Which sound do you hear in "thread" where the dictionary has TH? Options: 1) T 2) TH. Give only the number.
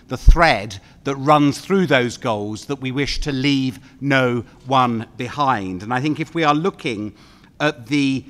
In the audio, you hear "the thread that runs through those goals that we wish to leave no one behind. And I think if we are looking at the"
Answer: 2